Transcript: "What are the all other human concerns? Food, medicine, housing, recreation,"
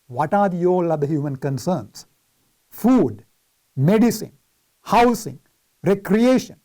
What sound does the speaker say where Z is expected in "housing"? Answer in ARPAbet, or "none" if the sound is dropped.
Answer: S